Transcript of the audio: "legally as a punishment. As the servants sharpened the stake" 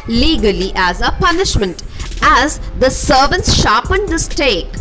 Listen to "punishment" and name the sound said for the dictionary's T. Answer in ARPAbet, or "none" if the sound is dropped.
T